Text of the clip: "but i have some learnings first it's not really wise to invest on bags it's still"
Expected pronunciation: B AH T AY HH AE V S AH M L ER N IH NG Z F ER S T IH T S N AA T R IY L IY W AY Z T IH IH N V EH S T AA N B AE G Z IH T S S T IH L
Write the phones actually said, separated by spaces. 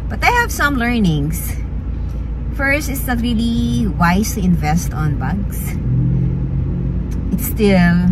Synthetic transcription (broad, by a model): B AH T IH HH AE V S AH M L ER N IH NG S F ER S T IH T S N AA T R IY L IY W AY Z T IH IH N V EH S T AA N B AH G S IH T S S T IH L